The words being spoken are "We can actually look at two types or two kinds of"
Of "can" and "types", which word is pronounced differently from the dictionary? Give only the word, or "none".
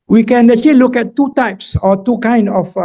none